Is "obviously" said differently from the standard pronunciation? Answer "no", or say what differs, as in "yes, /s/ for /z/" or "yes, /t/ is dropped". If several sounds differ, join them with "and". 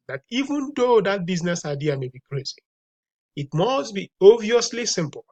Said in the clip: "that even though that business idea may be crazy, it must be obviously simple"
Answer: yes, /b/ is dropped